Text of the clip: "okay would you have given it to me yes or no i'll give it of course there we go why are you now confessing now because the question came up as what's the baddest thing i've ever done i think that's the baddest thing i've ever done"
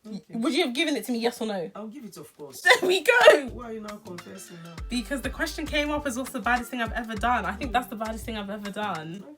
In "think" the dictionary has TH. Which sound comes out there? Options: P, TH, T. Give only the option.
TH